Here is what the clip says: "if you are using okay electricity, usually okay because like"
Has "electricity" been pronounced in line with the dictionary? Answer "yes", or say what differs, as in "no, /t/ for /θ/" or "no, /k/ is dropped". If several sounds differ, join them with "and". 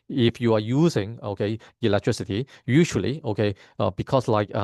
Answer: yes